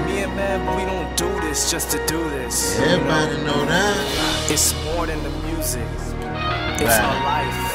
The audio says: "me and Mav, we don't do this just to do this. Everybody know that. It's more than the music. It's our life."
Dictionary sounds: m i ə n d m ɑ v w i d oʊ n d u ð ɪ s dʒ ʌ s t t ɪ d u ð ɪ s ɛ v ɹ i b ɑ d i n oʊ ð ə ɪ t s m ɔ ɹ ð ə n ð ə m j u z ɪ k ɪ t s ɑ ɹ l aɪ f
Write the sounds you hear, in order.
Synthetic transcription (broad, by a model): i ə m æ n w i d oʊ n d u ð ɪ s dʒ ʌ s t t ɪ d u ð ɪ s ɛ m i ɪ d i n oʊ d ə ɪ t s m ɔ ɹ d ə n ð ə m j u z ɪ k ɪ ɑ l aɪ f